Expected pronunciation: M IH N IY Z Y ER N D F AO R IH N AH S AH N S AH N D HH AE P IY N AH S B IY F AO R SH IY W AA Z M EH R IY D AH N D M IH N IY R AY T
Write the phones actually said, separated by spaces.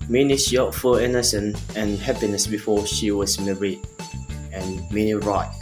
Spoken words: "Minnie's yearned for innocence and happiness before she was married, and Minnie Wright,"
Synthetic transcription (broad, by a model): M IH N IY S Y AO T F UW L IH N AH S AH N AH N HH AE P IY N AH S B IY F AO SH IY W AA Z M EH R IY D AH N M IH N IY R AY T